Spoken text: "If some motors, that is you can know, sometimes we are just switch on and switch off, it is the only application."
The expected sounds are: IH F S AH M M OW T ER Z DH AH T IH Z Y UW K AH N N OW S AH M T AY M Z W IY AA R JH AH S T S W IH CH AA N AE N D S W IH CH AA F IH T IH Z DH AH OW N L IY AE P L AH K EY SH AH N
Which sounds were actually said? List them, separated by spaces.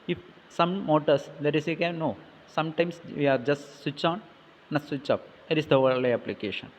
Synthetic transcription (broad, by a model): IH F S AH M M OW T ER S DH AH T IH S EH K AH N N OW S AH M T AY M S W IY AA R JH AH S T S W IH CH AA N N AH S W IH CH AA P IH T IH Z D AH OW L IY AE P L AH K EY SH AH N